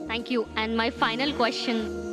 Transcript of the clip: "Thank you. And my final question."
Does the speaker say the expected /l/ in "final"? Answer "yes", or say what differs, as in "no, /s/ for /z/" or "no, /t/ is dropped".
yes